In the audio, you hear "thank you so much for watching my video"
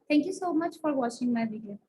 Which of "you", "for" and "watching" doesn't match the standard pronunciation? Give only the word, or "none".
watching